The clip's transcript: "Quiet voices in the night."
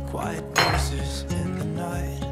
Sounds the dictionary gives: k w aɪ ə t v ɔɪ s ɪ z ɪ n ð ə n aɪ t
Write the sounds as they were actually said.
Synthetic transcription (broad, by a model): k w aɪ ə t b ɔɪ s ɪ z ɪ n ð ə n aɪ